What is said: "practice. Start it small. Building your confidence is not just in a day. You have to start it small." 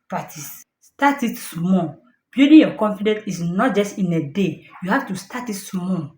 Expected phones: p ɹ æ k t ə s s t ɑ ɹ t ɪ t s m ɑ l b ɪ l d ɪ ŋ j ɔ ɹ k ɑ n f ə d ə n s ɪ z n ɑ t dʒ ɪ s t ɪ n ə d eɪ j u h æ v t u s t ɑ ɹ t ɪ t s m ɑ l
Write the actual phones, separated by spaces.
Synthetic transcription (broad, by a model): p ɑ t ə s s t ɑ t ɪ t s m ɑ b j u d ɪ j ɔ k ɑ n f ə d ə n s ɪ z n ɑ t dʒ ɪ s t ɪ n ə d eɪ j u h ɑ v t u s t ɑ t ɪ t s m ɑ